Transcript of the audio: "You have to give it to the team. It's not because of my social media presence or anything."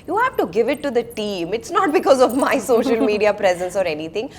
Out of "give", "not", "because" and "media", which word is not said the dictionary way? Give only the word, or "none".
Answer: none